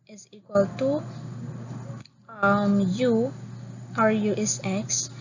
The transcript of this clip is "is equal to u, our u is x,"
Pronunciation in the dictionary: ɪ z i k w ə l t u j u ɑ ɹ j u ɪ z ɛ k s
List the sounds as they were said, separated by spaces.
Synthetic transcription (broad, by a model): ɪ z i k w ə l t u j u ɑ ɹ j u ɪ s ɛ k s